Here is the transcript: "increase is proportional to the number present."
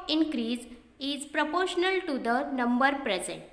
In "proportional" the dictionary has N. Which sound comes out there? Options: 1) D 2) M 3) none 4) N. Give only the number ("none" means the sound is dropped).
4